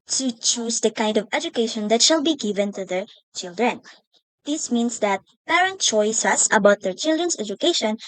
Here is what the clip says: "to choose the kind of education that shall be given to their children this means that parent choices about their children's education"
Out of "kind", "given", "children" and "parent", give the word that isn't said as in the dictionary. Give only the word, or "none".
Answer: none